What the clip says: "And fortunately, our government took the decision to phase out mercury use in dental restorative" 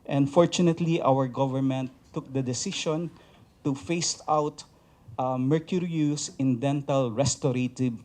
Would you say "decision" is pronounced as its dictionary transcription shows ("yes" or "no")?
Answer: no